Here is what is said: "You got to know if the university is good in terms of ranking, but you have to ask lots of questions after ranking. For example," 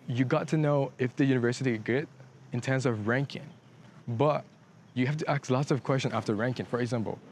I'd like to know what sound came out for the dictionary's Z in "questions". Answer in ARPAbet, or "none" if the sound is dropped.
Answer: none